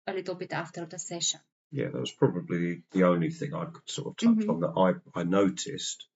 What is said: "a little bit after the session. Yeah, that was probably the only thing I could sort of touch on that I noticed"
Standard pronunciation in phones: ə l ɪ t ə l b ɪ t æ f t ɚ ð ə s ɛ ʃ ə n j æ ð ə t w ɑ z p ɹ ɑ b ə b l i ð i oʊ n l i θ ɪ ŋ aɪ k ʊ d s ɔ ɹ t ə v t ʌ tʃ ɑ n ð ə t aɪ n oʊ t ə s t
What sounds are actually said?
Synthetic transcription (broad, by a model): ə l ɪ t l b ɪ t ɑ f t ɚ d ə s ɛ ʃ ə n j æ ð ə t w ɑ z p ɹ ɑ b ə b l i ð i oʊ n l i θ ɪ ŋ aɪ k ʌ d s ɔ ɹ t ə v t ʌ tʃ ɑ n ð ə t aɪ n oʊ t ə s t